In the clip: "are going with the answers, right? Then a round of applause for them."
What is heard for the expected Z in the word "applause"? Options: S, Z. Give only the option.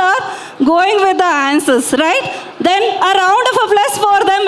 S